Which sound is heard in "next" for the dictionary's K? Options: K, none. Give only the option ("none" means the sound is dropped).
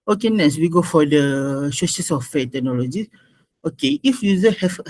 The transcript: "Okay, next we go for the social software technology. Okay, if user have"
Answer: none